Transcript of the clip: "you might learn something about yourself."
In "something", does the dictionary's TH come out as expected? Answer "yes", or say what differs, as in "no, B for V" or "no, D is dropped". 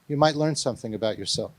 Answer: yes